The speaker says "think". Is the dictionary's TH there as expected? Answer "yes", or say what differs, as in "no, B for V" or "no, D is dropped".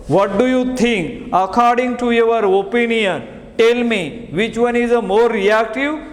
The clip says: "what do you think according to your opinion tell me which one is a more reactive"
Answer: no, T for TH